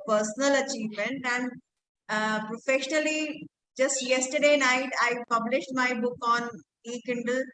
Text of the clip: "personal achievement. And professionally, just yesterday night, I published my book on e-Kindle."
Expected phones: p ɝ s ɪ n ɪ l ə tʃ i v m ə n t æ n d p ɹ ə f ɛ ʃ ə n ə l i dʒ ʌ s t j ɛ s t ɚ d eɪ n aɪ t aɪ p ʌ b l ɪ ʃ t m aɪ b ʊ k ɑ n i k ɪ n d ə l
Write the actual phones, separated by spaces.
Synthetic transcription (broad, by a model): p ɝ s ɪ n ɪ l ə tʃ i v m ə n t æ n d p ɹ ə f ɛ ʃ ə n ə l i dʒ ʌ s t j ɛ s t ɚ d eɪ n aɪ t aɪ p ʌ b l ɪ ʃ t m aɪ b ʊ k ɑ n i k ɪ n d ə l